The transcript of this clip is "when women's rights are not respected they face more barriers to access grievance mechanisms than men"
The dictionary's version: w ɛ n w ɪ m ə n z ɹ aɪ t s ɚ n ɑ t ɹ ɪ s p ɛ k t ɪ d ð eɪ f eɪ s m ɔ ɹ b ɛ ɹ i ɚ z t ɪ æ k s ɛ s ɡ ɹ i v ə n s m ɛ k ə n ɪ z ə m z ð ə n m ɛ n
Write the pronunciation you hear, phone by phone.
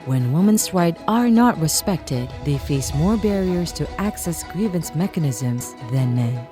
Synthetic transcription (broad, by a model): w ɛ n w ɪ m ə n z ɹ aɪ t ɚ n ɑ t ɹ ɪ s p ɛ k t ɪ d ð eɪ f eɪ s m ɔ ɹ b ɛ ɹ i ɚ z t ɪ æ k s ɛ s ɡ ɹ i v ə n s m ɛ k ə n ɪ z ə m z ð ə n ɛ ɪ